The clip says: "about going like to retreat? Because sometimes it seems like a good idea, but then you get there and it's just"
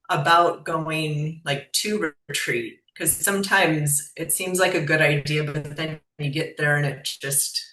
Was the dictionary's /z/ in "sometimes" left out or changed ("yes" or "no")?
no